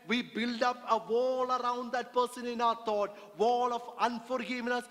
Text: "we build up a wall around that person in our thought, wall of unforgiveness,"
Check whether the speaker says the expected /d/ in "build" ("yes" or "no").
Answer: yes